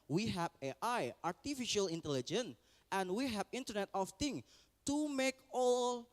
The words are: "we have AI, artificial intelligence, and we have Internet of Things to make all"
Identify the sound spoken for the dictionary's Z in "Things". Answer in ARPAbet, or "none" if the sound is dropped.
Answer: none